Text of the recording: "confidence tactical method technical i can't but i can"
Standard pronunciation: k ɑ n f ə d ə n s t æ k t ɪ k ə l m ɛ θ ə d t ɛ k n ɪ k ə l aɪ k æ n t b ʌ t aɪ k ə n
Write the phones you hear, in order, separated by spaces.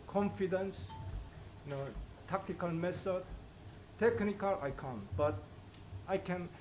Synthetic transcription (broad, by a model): k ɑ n f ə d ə n s t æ k t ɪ k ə l m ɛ s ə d t ɛ k n ɪ k ə l aɪ k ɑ n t b ʌ t aɪ k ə n